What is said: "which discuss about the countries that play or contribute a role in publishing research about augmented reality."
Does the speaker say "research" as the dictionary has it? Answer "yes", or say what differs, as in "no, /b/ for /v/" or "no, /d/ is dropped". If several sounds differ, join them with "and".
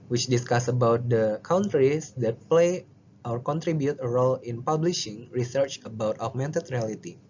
yes